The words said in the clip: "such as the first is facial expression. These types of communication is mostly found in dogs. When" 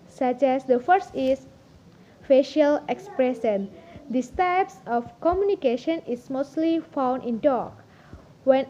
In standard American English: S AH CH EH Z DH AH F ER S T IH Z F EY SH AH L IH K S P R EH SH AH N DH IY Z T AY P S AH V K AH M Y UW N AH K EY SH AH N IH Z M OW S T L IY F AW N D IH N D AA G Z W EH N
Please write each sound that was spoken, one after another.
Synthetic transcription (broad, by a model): S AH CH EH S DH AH F ER S T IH S F EY SH AH L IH K S P R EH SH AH N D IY S T AY P S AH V K AH M Y UW N AH K EY SH AH N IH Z M OW S T L IY F AW N D IH N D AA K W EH N